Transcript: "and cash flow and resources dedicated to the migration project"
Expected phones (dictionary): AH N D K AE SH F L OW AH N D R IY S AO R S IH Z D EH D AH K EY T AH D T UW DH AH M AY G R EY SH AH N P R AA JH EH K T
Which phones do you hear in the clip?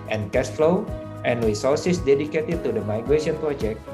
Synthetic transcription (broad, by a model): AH N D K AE S F L OW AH N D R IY S AO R S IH S D EH D AH K EY T AH D T UW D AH M AY G R EY SH AH N P R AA JH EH K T